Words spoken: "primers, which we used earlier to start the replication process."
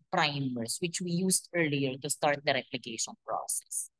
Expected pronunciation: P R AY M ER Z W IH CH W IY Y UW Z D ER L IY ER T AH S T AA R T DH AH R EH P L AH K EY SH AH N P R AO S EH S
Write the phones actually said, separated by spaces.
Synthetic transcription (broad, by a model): P R AY M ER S W IH CH W IY Y UW S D ER L IY ER T AH S T AA R T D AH R EH P L AH K EY SH AH N P R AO S EH S